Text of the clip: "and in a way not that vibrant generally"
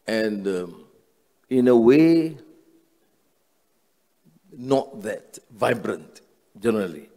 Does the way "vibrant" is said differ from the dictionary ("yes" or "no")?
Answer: no